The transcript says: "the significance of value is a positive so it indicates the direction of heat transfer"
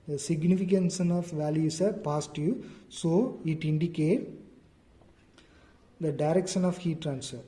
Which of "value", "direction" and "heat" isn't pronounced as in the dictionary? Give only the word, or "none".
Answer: none